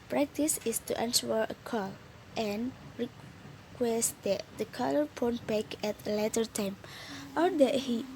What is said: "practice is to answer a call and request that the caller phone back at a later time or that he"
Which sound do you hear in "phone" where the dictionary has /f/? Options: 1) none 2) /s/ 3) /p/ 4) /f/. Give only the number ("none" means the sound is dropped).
3